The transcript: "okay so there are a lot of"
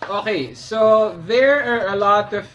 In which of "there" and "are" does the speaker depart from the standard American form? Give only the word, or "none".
none